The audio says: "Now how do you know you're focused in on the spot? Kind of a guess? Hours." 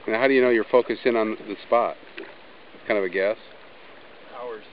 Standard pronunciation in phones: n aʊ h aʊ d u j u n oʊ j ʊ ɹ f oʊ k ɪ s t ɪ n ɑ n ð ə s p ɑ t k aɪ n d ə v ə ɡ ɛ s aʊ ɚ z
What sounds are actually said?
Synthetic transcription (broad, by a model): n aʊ h aʊ d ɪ j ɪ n oʊ j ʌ ɹ f oʊ k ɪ s ɪ n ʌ n ð ə s p ɑ t k aɪ n d ə v ə ɡ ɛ s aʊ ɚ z